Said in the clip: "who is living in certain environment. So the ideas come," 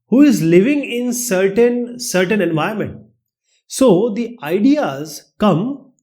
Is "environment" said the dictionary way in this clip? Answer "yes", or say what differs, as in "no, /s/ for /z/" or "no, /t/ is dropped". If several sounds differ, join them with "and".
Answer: no, /ɹ/ is dropped